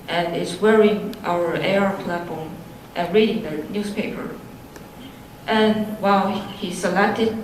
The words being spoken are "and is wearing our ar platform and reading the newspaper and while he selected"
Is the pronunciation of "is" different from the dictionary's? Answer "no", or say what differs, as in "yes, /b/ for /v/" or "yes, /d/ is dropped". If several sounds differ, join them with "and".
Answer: yes, /s/ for /z/